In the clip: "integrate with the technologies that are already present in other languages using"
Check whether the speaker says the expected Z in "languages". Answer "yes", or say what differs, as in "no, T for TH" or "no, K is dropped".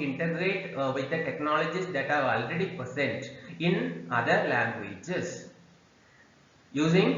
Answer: no, S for Z